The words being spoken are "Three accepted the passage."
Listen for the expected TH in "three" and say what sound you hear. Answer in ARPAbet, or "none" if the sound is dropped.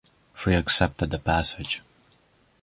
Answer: F